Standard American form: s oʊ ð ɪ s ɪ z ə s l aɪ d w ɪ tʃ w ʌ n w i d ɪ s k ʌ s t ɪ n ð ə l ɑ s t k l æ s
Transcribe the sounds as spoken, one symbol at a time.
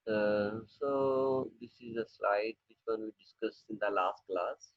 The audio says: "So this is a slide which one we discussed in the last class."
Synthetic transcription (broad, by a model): s oʊ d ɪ s ɪ z ə s l aɪ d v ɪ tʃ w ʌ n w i d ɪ s k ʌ s ɪ n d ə l ɑ s t k l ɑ s